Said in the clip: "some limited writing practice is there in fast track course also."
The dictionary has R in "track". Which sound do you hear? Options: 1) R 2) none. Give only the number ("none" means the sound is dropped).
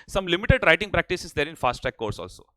2